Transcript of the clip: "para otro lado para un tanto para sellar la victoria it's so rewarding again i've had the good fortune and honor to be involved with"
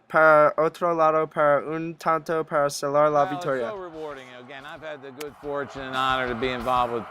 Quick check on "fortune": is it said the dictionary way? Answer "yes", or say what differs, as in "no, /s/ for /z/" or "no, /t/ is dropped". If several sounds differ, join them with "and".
yes